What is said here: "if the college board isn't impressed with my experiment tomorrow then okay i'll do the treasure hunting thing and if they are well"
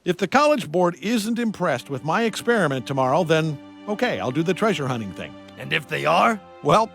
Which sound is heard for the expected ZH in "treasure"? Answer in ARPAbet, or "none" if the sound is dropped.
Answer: ZH